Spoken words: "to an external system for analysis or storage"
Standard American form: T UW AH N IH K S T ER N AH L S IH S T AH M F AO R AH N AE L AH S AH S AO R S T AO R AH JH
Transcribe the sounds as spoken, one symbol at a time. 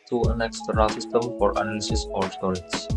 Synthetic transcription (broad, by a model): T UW AH N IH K S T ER AH S IH S T AH M F AO R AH N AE L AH S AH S AO R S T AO R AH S